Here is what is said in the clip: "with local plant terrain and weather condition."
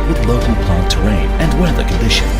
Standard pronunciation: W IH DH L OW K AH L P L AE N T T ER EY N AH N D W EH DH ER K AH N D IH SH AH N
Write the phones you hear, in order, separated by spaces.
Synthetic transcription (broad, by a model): W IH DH L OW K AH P AA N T T ER EY N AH N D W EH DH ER K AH N D IH SH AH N